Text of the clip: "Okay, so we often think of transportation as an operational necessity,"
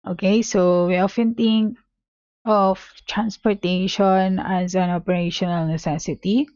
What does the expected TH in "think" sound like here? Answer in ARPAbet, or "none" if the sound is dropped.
T